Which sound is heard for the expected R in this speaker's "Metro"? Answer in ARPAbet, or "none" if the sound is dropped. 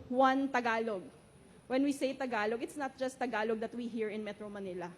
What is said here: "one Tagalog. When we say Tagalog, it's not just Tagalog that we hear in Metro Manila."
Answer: R